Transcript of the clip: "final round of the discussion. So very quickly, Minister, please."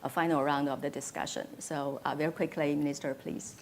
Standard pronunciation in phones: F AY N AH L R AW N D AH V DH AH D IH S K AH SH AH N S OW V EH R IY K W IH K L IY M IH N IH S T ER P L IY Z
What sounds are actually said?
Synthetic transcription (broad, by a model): F AY N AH R AW N D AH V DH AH D IH S K AH SH AH N S OW V EH R IY K W IH K L IY M IH N IH S T ER P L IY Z